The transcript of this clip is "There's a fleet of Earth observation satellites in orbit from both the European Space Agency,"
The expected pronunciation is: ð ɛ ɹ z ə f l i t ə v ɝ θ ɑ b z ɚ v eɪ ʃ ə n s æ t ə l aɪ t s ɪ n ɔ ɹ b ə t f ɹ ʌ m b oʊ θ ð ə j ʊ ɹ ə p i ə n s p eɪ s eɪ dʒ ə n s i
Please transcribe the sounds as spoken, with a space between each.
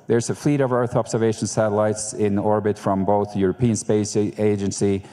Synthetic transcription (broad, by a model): ð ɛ ɹ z ə f l i t ə v ɝ θ ɑ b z ɚ v eɪ ʃ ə n s æ t ə l aɪ t s ɪ n ɔ ɹ b ə t f ɹ ʌ m b oʊ θ j ʊ ɹ ə p i ə n s p eɪ s eɪ dʒ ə n s i